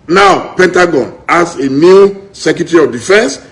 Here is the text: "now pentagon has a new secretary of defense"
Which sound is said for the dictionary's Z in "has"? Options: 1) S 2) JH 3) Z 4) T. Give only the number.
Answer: 1